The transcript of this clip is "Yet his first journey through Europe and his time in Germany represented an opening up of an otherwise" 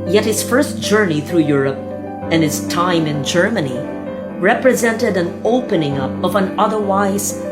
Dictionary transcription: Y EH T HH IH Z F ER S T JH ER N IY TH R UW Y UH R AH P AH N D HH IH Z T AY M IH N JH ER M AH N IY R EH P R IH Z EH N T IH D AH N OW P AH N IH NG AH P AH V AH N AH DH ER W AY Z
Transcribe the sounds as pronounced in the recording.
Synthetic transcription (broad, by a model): Y EH T HH IH Z F ER S T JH ER N IY TH R UW Y UH R AH P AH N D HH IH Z T AY M IH N JH ER M AH N IY R EH P R IH Z EH N T IH D AH N OW P AH N IH NG AH P AH V AH N AH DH ER W AY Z